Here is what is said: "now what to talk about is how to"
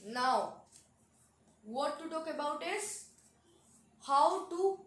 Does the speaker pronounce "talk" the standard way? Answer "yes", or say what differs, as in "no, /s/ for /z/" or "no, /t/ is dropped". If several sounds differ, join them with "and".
yes